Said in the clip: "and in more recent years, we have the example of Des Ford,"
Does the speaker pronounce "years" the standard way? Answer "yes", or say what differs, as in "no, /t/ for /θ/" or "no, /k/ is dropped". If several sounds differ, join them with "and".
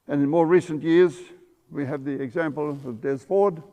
yes